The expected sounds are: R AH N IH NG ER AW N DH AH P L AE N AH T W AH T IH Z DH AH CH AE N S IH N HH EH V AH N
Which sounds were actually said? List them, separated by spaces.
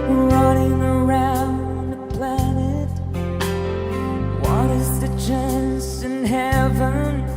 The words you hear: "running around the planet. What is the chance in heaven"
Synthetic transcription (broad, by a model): R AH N IH NG ER AW N DH AH P L AE N AH T W AH T IH Z DH AH CH AE N S IH N HH EH V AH N